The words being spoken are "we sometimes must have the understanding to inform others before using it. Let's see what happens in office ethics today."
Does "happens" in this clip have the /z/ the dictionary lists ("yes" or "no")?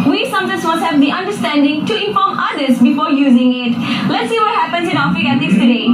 no